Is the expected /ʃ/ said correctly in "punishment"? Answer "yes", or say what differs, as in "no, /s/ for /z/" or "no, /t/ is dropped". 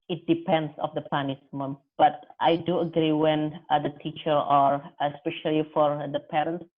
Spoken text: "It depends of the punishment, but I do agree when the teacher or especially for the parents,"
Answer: no, /s/ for /ʃ/